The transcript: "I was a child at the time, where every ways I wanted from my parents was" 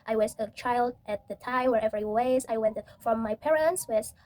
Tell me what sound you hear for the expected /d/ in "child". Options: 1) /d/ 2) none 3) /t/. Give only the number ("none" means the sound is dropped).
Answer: 1